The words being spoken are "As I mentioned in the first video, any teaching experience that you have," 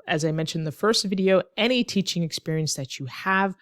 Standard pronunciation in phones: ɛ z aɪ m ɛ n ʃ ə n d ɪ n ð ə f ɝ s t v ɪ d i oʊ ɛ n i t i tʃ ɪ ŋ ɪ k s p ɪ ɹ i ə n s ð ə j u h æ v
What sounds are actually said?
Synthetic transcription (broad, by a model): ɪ z aɪ m ɛ n ʃ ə ɪ n ð ə f ɝ s t v ɪ d i oʊ ɛ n i t i tʃ ɪ ŋ ɪ k s p ɪ ɹ i ə n s ð ə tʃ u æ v